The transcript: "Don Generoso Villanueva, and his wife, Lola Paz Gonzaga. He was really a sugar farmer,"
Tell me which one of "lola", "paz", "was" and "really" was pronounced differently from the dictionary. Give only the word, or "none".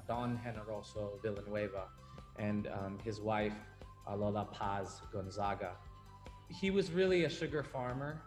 none